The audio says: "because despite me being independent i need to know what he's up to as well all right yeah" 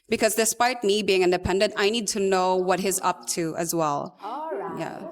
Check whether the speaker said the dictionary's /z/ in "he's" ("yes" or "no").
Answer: yes